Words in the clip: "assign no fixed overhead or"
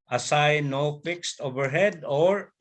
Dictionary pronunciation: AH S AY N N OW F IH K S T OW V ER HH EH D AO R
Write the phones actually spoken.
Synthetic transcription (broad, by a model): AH S AY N N OW F IH K S T OW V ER HH EH D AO R